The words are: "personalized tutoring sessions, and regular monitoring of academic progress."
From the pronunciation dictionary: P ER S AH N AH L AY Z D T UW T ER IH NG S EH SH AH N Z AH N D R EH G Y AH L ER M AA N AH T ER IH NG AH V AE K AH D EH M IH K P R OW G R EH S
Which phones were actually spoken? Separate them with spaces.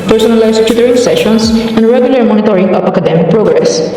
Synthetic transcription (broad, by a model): P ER S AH N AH L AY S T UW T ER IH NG S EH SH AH N S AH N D R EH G Y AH L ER M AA N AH T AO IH NG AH P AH K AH D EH M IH K P R OW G R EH S